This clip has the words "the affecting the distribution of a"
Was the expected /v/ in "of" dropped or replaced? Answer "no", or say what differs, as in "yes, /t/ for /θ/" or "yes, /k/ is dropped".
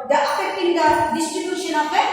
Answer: yes, /p/ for /v/